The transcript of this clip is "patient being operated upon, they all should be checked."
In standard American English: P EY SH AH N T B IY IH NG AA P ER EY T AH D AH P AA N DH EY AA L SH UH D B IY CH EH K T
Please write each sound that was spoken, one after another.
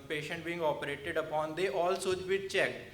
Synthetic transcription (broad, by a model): P EY SH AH N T B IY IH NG AA P ER EY T AH D AH P AA N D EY AA L S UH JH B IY CH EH K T